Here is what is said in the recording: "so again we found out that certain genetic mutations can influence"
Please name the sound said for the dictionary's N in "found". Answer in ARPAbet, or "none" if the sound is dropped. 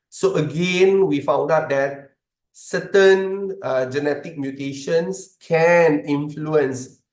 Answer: N